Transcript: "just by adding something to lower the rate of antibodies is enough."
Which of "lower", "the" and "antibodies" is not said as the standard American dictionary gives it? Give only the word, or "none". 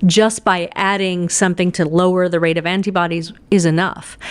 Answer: none